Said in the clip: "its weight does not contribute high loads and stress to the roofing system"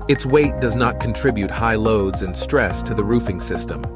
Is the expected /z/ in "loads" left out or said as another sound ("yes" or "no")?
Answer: no